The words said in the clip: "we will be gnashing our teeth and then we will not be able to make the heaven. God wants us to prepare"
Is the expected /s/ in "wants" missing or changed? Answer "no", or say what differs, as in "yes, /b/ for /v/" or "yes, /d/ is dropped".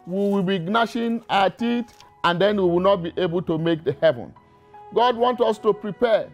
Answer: yes, /s/ is dropped